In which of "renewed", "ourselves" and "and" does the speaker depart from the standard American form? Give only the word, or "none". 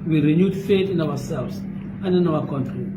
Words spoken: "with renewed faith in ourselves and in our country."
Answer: ourselves